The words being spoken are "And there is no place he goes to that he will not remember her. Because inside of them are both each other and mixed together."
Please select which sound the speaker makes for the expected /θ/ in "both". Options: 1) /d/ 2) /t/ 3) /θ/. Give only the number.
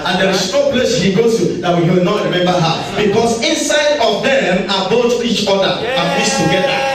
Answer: 2